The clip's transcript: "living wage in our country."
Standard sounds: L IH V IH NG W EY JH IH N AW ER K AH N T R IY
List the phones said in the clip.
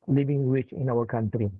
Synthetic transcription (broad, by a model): L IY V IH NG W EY CH IH N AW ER K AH N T R IY